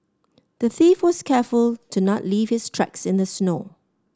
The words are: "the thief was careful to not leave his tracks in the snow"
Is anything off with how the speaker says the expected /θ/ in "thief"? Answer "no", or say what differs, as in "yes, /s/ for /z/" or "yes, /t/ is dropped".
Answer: no